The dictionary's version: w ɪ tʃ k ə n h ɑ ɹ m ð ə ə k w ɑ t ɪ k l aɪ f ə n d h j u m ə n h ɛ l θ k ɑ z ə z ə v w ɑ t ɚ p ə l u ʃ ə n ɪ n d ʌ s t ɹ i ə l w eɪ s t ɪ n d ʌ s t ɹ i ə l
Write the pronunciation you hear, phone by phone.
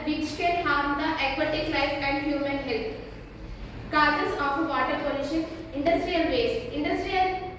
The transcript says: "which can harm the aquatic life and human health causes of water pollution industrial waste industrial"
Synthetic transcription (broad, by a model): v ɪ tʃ k ə n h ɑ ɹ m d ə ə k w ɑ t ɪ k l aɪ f ə n d h j u m ə n h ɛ l t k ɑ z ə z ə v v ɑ t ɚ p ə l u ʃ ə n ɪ n d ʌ s t ɹ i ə l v eɪ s ɪ n d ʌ s t ɹ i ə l